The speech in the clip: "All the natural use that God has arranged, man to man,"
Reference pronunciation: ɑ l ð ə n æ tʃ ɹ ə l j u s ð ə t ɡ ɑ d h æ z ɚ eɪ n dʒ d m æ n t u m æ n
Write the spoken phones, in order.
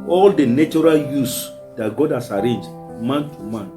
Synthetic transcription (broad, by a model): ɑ l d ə n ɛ tʃ ɹ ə l j u s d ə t ɡ ɑ d h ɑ s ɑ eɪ n dʒ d m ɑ n t u m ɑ n